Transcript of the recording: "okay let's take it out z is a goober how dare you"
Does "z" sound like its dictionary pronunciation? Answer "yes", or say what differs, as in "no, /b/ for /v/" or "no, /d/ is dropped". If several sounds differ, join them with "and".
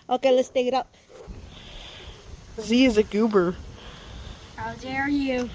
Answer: yes